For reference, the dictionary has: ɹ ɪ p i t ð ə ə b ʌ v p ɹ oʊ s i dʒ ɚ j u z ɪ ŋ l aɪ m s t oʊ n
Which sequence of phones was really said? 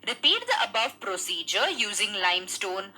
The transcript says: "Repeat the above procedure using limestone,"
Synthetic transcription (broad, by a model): ɹ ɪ p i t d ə ə b ʌ v p ɹ oʊ s i dʒ ɚ j u z ɪ ŋ l aɪ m s t oʊ n